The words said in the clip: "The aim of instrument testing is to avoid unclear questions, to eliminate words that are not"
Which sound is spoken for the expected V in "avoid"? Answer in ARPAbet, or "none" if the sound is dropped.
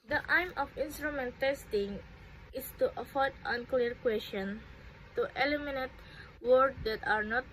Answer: F